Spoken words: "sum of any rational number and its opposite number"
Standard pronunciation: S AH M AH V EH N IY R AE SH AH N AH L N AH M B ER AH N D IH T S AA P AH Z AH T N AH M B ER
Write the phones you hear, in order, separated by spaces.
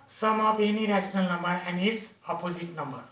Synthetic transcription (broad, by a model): S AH M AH P EH N IY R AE S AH N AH L N AH M B ER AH N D IH T S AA P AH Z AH T N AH M B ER